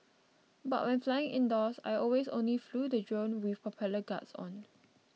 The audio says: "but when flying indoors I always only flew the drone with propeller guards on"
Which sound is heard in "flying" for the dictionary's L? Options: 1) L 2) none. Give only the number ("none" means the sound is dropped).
1